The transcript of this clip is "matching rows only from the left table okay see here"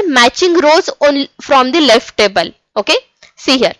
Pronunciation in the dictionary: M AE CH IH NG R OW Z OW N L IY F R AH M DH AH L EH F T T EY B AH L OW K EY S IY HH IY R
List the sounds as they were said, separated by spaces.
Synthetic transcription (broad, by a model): M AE CH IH NG R OW Z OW N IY F R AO M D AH L EH F T T EY B AH L OW K EY S IY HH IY R